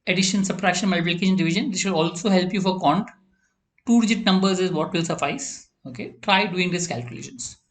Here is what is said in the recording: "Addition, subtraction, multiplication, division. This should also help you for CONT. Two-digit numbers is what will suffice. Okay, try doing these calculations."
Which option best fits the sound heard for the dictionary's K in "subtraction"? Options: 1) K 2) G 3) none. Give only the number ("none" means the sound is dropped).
3